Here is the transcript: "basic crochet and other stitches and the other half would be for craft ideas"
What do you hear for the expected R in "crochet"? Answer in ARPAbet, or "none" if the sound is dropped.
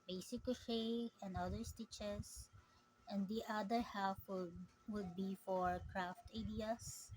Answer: none